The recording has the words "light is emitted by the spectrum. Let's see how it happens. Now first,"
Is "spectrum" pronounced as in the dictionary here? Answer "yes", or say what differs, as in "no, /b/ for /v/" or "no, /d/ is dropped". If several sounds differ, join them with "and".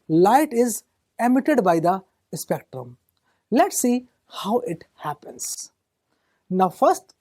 yes